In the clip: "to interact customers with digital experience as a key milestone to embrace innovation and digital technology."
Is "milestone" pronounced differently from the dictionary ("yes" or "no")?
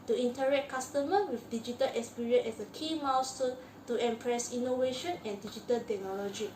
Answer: yes